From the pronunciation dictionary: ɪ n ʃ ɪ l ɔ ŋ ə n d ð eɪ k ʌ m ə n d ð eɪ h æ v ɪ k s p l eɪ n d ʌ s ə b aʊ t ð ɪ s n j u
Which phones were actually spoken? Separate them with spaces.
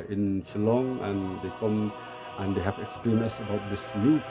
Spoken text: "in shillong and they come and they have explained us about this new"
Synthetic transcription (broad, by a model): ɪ n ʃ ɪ l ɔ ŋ ə n d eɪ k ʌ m ə n d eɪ h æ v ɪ k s p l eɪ n ʌ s ə b aʊ t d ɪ s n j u